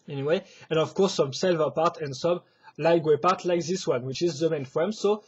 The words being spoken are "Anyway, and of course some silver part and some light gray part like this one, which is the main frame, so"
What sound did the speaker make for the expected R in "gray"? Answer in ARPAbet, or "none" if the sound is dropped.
W